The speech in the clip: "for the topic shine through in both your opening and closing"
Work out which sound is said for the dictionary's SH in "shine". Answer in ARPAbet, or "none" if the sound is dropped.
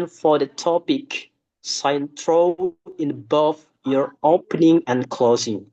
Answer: S